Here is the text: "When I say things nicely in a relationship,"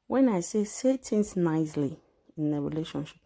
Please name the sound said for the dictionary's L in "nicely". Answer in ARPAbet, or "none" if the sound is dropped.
L